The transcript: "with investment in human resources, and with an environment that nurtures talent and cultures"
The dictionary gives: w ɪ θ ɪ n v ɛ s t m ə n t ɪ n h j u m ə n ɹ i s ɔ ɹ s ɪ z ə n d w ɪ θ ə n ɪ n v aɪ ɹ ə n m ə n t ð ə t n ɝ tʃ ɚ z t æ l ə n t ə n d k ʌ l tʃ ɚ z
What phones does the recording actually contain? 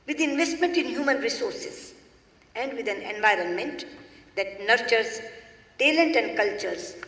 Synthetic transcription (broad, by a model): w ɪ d ɪ n v ɛ s t m ə n t ɪ n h j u m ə n ɹ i s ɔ ɹ s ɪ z ə n d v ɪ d ə n ɪ n v aɪ ɹ ə n m ə n t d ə t n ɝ tʃ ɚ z t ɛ l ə n t ə n d k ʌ l tʃ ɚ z